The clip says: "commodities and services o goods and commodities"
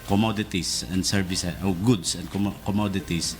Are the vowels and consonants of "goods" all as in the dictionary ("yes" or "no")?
no